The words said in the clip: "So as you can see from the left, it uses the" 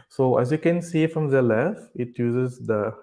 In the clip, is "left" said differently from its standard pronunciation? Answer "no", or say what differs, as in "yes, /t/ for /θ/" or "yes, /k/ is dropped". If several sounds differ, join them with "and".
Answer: yes, /t/ is dropped